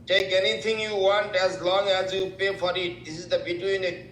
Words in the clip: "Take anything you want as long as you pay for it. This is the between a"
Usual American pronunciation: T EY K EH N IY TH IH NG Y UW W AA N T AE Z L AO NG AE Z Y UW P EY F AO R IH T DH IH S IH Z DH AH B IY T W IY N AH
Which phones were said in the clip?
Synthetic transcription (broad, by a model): T EY K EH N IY T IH NG Y UW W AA N T AE Z L AO NG AE Z Y UW P EY F AO R IH T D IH S IH Z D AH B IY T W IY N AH